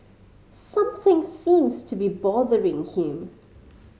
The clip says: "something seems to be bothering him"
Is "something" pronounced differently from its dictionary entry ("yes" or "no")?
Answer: no